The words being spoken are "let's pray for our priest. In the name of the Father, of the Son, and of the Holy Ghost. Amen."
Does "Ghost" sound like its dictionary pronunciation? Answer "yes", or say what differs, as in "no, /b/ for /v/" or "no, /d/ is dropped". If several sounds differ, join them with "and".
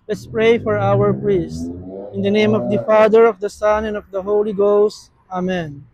yes